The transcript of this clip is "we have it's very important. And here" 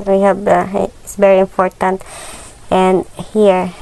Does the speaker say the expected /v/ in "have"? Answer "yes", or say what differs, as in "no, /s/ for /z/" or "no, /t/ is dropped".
no, /b/ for /v/